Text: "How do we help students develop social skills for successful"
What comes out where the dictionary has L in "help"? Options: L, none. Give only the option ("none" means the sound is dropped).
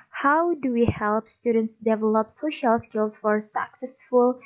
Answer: L